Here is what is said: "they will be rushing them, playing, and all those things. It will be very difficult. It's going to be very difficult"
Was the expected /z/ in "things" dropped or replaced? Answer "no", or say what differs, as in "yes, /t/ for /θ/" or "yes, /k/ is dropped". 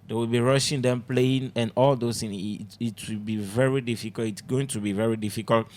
yes, /z/ is dropped